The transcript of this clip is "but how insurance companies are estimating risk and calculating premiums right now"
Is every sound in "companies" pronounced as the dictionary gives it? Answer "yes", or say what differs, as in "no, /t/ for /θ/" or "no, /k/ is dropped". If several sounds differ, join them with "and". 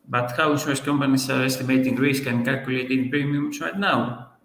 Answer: no, /s/ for /z/